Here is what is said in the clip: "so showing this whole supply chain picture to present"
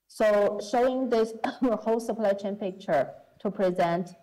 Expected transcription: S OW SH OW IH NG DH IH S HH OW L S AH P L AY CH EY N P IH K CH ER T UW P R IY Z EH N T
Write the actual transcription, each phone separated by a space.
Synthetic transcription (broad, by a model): S OW SH OW IH NG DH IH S HH OW L S AH P L AY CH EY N P IH K CH ER T UW P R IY Z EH N T